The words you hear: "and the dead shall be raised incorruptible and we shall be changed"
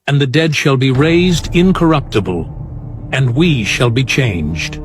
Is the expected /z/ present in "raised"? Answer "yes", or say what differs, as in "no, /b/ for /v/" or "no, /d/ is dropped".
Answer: yes